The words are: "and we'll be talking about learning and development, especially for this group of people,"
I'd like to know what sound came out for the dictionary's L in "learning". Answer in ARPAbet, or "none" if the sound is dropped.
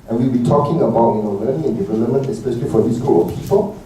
N